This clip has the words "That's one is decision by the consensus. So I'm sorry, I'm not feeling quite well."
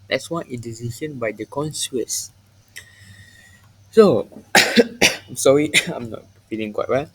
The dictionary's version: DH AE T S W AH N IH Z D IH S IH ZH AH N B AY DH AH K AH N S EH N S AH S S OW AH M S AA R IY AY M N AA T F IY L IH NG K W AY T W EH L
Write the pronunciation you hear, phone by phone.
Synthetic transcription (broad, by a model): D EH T S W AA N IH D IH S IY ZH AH N B AY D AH K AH N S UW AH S S OW AH M S AA R IY AY M N AA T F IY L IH NG K W AY T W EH L